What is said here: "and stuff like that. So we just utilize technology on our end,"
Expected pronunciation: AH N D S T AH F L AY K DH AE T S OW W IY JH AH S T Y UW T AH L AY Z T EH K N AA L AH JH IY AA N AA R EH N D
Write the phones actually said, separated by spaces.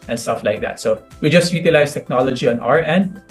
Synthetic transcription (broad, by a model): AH N S T AH F L AY K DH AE T S OW W IY JH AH S T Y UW T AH L AY S T EH K N AA L AH JH IY AA N AA R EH N D